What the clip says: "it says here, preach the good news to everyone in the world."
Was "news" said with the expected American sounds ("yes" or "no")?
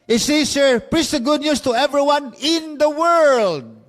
no